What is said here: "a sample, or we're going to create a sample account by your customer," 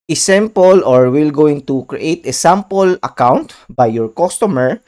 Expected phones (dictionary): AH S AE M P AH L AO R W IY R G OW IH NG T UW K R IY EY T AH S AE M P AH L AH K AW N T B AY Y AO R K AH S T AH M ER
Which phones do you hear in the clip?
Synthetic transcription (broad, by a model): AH S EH M P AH L AO R W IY L G OW IH NG T UW K R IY EY T AH S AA M P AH L AH K AW N T B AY Y AO R K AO S T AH M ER